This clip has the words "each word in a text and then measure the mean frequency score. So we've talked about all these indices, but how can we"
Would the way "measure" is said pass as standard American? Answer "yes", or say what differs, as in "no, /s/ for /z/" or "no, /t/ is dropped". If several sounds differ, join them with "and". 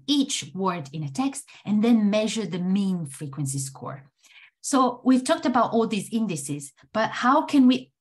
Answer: yes